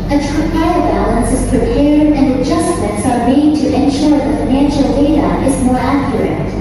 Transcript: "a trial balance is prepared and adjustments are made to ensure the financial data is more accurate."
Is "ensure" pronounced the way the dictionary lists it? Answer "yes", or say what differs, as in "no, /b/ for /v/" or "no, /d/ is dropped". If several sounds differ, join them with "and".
yes